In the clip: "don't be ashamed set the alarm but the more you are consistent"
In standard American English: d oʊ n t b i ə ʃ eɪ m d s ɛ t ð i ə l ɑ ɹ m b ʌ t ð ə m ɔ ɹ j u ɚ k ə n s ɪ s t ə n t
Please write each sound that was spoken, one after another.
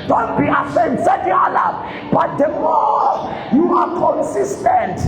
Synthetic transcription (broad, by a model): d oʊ n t b i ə s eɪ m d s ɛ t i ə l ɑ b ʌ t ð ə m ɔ j u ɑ k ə n s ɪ s t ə n t